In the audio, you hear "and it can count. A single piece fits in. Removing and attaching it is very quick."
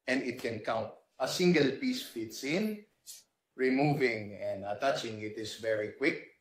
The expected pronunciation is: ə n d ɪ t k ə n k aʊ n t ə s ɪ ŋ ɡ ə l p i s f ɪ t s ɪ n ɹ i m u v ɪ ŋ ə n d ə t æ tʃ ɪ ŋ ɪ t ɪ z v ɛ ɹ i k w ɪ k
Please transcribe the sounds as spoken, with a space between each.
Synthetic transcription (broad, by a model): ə n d ɪ t k ə n k aʊ n t ə s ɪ ŋ ɡ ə l p i s f ɪ t s ɪ n ɹ i m u v ɪ ŋ ə n d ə t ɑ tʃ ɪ ŋ ɪ t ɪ s v ɛ ɹ i k w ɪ k